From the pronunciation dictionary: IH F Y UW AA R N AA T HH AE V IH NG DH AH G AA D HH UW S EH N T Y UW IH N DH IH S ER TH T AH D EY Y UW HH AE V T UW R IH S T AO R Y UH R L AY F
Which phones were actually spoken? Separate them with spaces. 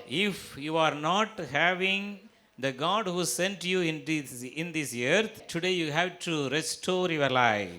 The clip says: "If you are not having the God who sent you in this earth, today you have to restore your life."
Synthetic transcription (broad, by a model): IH F Y UW AA R N AA T HH AE V IH NG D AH G AA D HH UW S EH N T Y UW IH N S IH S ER T T AH D EY Y UW HH AE V T UW R IH S T AO R Y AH R L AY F